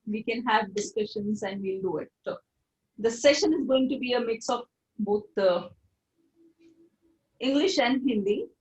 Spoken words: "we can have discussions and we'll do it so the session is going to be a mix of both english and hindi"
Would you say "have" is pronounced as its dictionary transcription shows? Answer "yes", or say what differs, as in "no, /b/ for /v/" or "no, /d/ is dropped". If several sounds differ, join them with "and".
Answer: yes